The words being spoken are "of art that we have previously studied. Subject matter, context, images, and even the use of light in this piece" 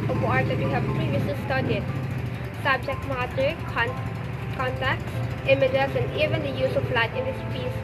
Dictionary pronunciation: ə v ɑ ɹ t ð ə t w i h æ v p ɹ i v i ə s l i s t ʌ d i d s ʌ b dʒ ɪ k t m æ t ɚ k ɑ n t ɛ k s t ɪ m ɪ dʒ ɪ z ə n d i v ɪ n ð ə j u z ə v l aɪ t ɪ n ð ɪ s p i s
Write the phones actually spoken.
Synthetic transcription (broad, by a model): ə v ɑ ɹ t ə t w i h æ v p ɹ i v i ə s i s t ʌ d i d s ʌ b dʒ ɪ k t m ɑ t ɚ k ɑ n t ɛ k t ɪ m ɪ dʒ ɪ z ə n d i v ɪ n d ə j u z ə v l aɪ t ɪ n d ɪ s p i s